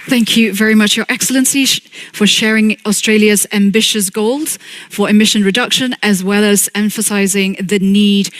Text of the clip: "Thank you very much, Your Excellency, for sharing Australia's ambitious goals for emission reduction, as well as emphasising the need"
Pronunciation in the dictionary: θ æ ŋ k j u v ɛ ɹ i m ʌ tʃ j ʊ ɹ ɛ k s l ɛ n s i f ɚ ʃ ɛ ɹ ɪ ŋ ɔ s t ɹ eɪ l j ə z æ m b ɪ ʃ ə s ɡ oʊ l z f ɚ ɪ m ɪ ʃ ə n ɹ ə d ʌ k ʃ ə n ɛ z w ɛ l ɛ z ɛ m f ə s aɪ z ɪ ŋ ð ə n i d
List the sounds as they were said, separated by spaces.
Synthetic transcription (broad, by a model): θ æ ŋ k j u v ɛ ɹ i m ʌ tʃ j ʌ ɹ ɛ k s l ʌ n s i f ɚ ʃ ɛ ɹ ɪ ŋ ɔ s t ɹ eɪ l j ə z æ m b ɪ ʃ ə s ɡ oʊ l z f ɚ ɪ m ɪ ʃ ə n ɹ ə d ʌ k ʃ ə n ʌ z w ɛ l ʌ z ɛ m f ə s aɪ z ɪ ŋ ð ə n i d